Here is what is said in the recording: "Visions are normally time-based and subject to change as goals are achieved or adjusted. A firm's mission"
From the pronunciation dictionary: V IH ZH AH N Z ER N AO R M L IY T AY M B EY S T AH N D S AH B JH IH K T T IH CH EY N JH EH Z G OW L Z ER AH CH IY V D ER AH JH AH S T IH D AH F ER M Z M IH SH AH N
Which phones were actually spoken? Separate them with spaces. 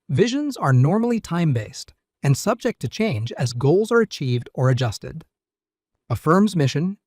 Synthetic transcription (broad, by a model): V IH ZH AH N Z ER N AO R M L IY T AY M B EY S T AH N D S AH B JH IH K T T IH CH EY N JH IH Z G OW L Z ER AH CH IY V D ER AH JH AH S T IH D AH F ER M Z M IH SH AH N